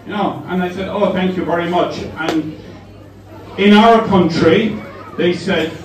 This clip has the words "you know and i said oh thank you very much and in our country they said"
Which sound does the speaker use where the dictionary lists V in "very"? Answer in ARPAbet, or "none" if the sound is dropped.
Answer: V